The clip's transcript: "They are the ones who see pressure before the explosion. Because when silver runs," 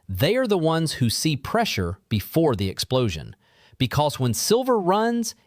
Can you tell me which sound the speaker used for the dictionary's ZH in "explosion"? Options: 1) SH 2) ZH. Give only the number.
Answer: 2